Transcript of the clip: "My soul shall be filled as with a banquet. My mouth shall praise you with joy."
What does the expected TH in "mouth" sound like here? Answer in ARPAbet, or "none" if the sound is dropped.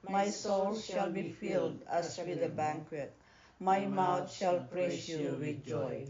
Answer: T